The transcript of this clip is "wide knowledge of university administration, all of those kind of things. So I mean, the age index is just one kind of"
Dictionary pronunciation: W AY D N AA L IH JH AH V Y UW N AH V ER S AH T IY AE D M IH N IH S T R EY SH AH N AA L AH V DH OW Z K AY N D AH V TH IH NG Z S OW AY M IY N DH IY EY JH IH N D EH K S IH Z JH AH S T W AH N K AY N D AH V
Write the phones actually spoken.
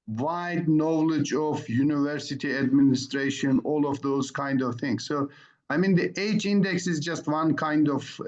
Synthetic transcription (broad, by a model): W AY D N AA L IH JH AH V Y UW N AH V ER S AH T IY AE D M IH N IH S T R EY SH AH N AA L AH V DH OW Z K AY N D AH V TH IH NG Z S OW AY M IY N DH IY EY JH IH N D EH K S IH Z JH AH S T W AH N K AY N D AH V